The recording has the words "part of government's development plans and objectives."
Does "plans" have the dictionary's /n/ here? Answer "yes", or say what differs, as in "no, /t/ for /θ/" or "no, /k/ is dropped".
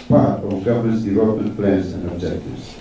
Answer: no, /n/ is dropped